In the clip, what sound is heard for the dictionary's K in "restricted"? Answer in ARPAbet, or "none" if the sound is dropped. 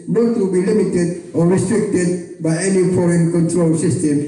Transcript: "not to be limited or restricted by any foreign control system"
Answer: K